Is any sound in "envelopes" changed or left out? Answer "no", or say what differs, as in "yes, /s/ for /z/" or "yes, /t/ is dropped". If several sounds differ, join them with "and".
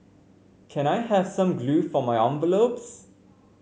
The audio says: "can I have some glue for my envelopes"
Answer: yes, /b/ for /v/